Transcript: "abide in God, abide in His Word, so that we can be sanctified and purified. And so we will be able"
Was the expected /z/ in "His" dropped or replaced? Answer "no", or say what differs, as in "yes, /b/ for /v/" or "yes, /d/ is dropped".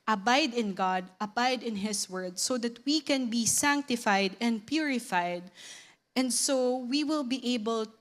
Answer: yes, /s/ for /z/